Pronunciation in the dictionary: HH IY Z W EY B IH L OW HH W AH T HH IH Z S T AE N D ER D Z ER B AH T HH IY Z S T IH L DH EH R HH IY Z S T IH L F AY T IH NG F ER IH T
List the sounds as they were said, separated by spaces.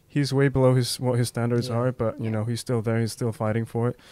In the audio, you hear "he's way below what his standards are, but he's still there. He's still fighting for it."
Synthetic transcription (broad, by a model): HH IY Z W EY B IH L OW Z W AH T HH IH Z S T AE N D ER D Z ER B AH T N IY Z S T IH L DH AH R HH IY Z S T IH L F AY T IH NG F ER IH T